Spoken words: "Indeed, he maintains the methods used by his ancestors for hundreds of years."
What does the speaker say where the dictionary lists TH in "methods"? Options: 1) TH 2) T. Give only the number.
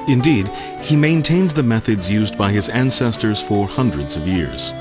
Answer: 1